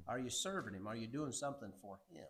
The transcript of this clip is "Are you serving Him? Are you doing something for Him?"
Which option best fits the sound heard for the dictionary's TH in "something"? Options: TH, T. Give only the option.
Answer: TH